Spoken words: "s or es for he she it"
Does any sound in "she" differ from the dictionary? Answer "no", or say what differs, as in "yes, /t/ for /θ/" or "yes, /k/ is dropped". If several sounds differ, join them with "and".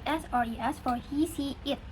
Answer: yes, /s/ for /ʃ/